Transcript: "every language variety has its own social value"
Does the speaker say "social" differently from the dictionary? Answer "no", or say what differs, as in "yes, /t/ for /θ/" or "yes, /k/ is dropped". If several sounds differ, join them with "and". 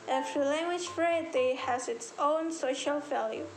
no